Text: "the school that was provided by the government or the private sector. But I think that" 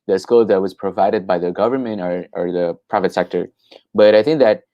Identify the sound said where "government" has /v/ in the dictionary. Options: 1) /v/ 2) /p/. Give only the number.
1